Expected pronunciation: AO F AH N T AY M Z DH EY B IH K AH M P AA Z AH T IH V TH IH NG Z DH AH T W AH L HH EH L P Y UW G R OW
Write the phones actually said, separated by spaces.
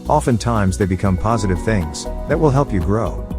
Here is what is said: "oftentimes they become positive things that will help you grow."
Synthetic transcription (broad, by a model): AO F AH N T AY M Z DH EY B IH K AH M P AA Z AH T IH V TH IH NG Z DH AH T W AH L HH EH L P Y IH G R OW